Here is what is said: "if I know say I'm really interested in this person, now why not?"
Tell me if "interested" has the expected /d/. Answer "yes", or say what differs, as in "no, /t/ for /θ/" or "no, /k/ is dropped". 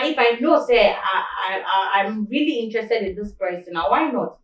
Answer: yes